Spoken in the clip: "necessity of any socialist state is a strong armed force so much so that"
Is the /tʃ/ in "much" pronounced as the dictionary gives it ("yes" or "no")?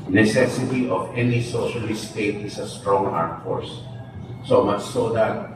no